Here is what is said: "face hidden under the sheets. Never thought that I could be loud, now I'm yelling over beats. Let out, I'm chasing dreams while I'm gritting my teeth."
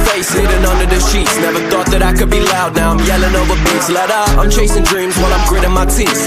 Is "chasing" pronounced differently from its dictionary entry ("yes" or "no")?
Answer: no